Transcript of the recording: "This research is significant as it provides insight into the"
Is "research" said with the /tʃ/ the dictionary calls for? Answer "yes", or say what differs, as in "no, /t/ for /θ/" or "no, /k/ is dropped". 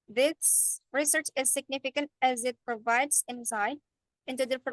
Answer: yes